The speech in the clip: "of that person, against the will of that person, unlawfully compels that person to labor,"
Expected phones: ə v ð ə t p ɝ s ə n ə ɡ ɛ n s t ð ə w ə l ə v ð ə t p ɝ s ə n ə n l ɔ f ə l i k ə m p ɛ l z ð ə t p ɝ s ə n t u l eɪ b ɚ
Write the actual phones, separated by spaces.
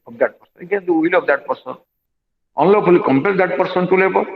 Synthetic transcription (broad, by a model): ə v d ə t p ɝ s ə n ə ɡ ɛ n t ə w ə l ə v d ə t p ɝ s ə n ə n l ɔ p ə l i k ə m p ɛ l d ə t p ɝ s ə n t u l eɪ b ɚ